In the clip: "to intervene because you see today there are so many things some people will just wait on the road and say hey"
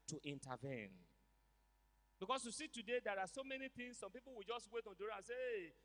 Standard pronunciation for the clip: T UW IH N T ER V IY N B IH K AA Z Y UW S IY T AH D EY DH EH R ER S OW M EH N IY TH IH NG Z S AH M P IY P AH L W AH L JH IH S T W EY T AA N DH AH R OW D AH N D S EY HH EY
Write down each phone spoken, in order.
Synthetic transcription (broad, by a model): T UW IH N T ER V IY N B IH K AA S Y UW S IY T AH D EY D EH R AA S OW M EH N IY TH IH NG S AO M P IY P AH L W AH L JH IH S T W EY T AA N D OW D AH S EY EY